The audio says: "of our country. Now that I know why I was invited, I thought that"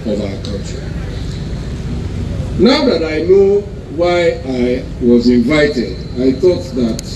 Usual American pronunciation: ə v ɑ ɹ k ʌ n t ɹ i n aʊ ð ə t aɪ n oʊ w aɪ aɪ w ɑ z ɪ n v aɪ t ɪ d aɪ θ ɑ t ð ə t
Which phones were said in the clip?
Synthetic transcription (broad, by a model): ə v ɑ k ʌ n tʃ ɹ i n aʊ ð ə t aɪ n oʊ w aɪ aɪ w ɑ z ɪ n v aɪ t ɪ d aɪ θ ɑ t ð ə t